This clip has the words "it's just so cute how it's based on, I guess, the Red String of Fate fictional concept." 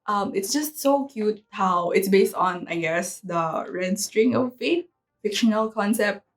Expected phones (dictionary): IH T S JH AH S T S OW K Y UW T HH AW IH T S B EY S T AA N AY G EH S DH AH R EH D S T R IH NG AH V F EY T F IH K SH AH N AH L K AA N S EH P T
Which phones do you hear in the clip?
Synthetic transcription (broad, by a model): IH T S JH AH S T S OW K Y UW T HH AW IH T S B EY S T AA N AY G EH S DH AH R EH D S T R IH NG AH V F EY T F IH K SH AH N AH L K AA N S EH P T